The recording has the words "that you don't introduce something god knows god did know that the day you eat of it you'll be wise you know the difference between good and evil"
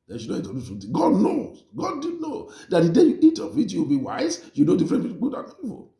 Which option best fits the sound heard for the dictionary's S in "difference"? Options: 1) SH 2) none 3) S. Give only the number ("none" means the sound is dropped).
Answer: 2